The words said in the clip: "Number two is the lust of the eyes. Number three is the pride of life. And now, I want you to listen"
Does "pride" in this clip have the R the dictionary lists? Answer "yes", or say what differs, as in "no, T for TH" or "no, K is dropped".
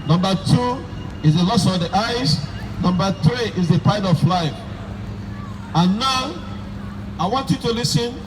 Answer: no, R is dropped